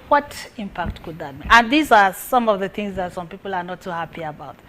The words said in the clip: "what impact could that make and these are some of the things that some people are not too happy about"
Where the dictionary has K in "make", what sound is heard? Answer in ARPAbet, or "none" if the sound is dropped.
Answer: none